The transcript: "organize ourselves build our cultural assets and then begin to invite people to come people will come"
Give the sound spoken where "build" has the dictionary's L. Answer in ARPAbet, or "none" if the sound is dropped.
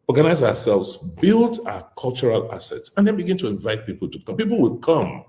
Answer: L